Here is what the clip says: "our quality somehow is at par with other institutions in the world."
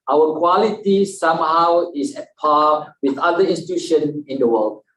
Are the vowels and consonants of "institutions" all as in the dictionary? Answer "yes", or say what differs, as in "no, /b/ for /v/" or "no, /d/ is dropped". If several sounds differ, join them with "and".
no, /z/ is dropped